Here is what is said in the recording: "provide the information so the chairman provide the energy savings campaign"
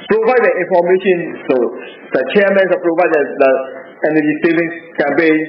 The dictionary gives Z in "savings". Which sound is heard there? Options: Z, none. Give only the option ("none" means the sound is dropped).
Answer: none